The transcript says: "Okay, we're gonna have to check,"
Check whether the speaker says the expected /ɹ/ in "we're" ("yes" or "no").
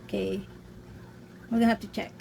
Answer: no